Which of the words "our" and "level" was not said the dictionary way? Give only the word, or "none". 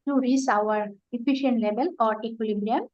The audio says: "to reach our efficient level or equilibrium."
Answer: level